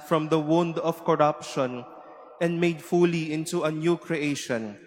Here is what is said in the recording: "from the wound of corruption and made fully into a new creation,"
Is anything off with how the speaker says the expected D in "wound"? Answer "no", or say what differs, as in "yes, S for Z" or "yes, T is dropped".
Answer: no